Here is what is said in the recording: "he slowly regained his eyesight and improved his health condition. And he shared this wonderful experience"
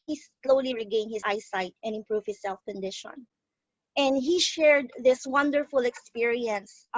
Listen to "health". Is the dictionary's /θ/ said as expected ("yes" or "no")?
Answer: no